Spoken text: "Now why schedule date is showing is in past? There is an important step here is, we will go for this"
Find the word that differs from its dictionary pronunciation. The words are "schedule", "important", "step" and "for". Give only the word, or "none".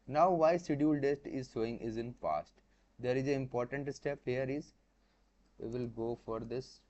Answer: schedule